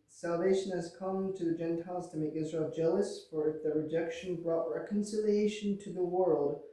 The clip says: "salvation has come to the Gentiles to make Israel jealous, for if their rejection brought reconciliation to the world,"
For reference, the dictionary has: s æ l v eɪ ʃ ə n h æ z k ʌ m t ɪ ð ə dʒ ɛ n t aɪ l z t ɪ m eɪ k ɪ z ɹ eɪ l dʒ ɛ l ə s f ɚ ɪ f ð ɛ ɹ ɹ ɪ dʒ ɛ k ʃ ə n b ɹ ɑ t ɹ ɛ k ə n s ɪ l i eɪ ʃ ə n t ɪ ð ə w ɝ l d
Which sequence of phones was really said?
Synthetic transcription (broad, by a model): s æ l v eɪ ʃ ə n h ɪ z k ʌ m t ɪ ð ə dʒ ɛ n t aɪ l z t ɪ m eɪ k ɪ z ɹ eɪ l dʒ ɛ l ə s f ɚ ɪ f ð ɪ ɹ ɹ ɪ dʒ ɛ k ʃ ə n b ɹ ɑ t ɹ ɛ k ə n s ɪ l i eɪ ʃ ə n t ɪ ð ə w ɝ l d